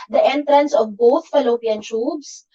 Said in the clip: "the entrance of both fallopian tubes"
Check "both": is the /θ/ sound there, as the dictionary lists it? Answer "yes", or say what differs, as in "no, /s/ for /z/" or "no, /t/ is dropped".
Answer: no, /t/ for /θ/